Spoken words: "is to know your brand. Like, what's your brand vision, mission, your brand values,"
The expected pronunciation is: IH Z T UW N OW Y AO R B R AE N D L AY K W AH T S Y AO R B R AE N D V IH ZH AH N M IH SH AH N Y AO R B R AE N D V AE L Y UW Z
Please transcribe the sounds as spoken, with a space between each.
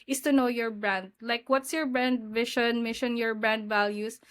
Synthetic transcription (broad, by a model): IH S T UW N OW Y AO R B R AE N D L AY K W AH T S Y AO R B R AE N D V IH SH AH N M IH SH AH N Y AO R B R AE N D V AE L Y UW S